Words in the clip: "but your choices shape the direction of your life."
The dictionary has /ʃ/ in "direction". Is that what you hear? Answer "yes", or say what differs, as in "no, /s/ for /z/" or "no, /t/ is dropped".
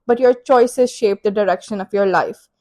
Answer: yes